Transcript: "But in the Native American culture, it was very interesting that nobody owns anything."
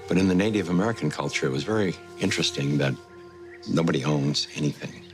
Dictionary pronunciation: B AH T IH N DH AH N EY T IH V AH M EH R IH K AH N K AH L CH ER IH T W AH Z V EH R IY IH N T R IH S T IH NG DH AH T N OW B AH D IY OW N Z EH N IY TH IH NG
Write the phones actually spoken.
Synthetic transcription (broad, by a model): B AH T IH N DH AH N EY T IH V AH M EH R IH K N K AH L CH ER IH T W AH Z V EH R IY IH N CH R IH S T IH NG DH AH T N OW B AH D IY OW N Z EH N IY TH IH NG